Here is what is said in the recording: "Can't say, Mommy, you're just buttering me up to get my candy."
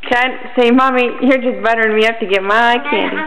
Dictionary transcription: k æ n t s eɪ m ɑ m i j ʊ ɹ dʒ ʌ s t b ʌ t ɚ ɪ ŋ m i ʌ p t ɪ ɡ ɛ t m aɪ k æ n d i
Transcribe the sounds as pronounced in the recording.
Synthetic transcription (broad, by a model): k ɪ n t s eɪ m ɑ m i j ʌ ɹ dʒ ʌ s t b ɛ t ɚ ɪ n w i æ f t ɪ ɡ ɛ t m aɪ k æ n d i